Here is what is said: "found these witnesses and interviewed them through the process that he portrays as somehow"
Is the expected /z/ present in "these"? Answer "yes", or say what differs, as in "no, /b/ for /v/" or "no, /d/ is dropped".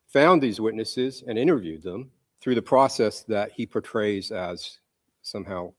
yes